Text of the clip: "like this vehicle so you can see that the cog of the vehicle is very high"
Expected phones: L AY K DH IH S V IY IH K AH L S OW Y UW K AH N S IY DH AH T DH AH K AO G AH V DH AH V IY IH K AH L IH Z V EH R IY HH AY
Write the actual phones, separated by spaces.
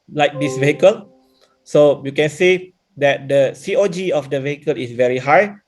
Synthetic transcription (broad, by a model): L AY K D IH S V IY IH K AH L S OW Y UW K AH N S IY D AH T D AH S AO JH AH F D AH V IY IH K AH L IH S V EH R IY HH AY